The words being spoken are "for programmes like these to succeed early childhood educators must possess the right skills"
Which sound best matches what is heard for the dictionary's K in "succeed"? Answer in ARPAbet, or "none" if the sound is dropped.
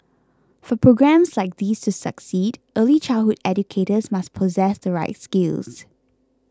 K